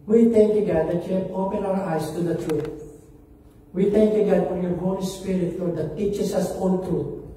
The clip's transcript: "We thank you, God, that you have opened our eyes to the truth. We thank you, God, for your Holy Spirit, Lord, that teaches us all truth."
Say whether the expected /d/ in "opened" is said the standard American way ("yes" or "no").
no